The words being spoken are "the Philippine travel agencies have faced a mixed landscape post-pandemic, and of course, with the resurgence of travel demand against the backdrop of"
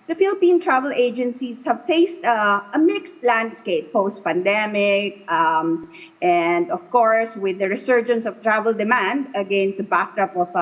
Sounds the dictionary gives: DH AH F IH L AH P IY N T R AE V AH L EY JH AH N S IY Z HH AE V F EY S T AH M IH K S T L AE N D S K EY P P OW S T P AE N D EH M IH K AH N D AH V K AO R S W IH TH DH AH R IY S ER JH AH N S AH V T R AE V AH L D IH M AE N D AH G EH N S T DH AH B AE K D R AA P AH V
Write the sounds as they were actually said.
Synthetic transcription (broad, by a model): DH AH F IH L AH P IY N T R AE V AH L EY JH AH N S IY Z HH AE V F EY S T AH M IH K S T L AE N D S K EY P P OW S T P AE N D EH M IH K AH N D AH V K AO R S W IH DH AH R IY S ER JH AH N S AH V T R AE V AH L D IH M AE N D AH G EH N S T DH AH B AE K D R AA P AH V